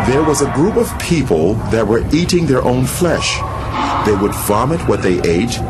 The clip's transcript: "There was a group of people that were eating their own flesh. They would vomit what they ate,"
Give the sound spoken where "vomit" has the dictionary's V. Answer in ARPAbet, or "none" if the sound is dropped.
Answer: V